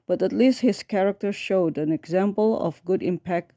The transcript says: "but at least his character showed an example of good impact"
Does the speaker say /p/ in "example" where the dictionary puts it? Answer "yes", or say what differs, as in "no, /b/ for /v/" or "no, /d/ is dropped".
yes